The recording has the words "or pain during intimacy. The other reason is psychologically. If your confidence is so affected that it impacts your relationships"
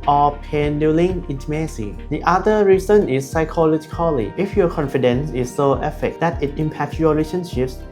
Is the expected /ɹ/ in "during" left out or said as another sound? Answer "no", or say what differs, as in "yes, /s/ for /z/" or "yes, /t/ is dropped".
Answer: yes, /l/ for /ɹ/